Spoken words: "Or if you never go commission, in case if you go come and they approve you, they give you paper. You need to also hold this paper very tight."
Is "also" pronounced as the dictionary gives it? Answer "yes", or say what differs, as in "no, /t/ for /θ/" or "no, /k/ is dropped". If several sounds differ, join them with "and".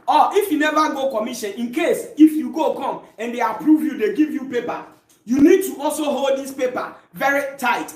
yes